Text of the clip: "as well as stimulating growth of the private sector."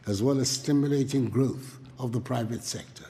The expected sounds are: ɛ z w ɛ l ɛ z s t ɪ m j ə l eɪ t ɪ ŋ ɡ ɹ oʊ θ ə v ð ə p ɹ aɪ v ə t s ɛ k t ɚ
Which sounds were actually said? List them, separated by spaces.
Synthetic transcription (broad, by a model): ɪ z w ɛ l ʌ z s t ɪ m j ə l eɪ t ɪ ŋ ɡ ɹ oʊ θ ə v ð ə p ɹ aɪ v ə t s ɛ k t ɚ